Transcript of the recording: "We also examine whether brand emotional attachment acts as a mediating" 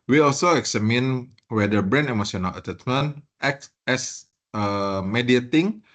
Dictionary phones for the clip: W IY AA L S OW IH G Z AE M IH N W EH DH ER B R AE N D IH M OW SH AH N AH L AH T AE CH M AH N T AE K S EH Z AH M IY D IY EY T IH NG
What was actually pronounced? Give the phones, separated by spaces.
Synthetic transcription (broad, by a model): W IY AA L S OW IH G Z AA M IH N W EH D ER B R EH N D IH M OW S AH N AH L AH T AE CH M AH N T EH K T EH S AH M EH D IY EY T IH NG